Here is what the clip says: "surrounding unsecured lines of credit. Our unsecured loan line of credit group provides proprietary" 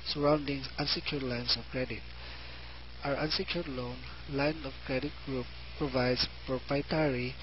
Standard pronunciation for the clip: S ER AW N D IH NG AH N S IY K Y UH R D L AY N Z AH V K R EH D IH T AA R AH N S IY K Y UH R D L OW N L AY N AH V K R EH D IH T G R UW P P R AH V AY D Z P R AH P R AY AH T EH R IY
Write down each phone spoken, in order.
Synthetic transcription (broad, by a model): S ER AW N D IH NG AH N S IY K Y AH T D L AY N S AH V K R EH D IH T AA R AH N S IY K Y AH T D L OW N L AY N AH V K R EH D IH T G R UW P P R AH V AY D S P R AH P R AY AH T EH R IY